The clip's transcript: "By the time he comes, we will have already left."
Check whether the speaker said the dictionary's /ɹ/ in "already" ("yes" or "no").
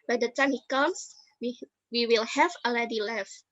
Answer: no